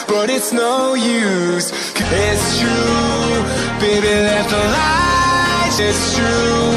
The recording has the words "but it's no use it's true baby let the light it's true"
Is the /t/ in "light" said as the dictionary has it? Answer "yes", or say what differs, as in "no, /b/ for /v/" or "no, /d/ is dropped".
no, /t/ is dropped